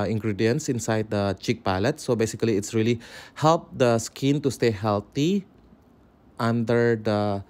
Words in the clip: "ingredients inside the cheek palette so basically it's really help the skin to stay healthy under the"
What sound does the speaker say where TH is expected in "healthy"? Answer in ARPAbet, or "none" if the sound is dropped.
T